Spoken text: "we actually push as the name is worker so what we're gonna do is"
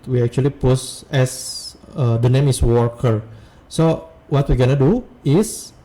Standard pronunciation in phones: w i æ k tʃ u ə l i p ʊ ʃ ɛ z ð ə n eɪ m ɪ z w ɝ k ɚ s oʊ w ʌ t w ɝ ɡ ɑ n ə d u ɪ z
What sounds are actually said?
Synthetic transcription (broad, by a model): w i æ k tʃ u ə l i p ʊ s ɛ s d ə n eɪ m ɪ s w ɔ k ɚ s oʊ w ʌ t w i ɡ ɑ n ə d u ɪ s